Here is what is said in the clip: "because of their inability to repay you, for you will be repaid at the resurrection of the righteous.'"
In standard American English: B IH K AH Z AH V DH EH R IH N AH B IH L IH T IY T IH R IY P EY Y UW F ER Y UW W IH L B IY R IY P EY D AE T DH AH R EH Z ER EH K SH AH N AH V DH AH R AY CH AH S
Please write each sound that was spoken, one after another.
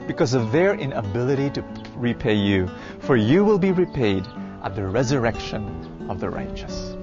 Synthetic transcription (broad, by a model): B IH K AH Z AH V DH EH R IH N AH B IH L IH T IY T IH R IY P EY Y UW F ER Y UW W IH L B IY R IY P EY D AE T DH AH R EH Z ER EH K SH AH N AH V DH AH R AY CH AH S